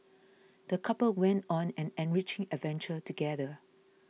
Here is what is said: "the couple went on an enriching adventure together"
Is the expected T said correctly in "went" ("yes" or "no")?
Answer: yes